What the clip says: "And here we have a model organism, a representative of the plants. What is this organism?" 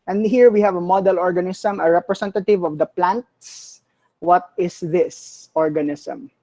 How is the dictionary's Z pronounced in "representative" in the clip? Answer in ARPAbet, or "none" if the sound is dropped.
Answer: S